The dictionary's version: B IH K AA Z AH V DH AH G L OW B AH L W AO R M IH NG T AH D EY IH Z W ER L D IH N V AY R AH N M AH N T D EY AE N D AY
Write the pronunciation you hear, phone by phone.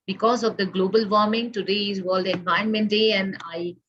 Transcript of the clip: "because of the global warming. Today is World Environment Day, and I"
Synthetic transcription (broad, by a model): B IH K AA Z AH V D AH G L OW B AH L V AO R M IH NG T AH D EY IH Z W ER L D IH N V AY AH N M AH N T D EY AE N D AY